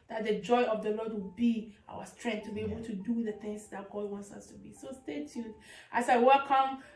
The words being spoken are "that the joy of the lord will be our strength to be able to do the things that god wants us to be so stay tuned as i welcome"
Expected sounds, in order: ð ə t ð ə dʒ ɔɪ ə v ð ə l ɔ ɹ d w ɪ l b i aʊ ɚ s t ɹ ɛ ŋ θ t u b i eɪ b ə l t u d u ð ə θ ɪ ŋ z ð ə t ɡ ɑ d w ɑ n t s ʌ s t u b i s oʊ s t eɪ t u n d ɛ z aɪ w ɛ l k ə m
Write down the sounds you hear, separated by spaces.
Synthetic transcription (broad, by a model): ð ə t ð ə dʒ ɔɪ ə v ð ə l ɔ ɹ d w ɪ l b i aʊ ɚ s t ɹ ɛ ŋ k t u b i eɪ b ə t u d u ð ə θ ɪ ŋ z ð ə t ɡ ɑ d w ɑ n t s ʌ s t u b i s oʊ s t eɪ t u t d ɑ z aɪ w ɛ l k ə m